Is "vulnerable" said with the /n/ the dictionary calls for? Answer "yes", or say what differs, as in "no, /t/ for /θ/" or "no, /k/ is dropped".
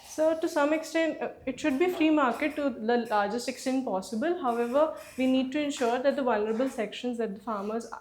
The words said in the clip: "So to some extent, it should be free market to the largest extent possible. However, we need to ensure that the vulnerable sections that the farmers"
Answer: yes